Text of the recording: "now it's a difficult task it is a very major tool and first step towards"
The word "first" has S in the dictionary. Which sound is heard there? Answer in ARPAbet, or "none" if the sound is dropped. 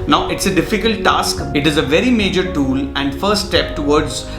none